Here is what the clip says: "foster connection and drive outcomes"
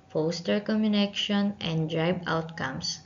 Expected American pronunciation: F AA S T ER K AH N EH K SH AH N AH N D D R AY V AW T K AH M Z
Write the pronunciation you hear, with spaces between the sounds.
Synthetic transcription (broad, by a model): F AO S T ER K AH N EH K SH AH N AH N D D R AY B AW T K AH M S